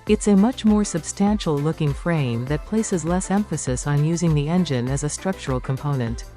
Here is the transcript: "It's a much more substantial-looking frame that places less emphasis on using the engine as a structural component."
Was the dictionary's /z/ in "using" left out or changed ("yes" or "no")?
no